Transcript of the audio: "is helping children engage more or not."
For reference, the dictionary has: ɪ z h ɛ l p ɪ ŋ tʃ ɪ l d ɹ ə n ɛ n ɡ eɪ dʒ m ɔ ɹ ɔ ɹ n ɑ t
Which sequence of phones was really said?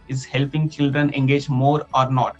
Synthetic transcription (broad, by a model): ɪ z h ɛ l p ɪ ŋ tʃ ɪ l d ɹ ə n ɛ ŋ ɡ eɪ dʒ m ɔ ɹ ɔ ɹ n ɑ t